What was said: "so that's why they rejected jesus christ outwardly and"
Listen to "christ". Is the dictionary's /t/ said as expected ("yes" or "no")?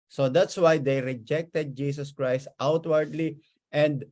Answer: yes